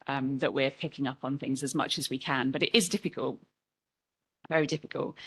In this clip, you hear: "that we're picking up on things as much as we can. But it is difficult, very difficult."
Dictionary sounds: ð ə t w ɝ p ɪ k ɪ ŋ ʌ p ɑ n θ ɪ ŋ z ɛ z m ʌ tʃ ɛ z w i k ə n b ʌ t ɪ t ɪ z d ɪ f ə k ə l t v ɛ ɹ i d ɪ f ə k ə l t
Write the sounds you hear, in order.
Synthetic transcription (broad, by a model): ð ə t w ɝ p ɪ k ɪ ŋ ʌ p n θ ɪ ŋ z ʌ z m ʌ tʃ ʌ z w i k ə n b ʌ t ɪ t ɪ z d ɪ f ə k ə l t v ɛ ɹ i d ɪ f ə k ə l t